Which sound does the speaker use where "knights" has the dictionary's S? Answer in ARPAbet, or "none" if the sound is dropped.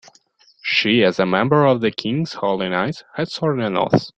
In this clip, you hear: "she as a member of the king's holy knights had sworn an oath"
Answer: none